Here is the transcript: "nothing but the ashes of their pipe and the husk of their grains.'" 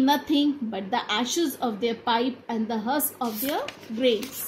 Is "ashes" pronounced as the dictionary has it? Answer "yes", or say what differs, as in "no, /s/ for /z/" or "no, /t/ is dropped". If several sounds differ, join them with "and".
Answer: yes